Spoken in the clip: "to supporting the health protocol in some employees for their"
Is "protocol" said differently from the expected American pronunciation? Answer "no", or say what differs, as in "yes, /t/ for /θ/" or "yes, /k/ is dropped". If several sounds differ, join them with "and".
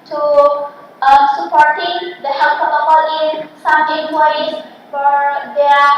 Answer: yes, /ɹ/ is dropped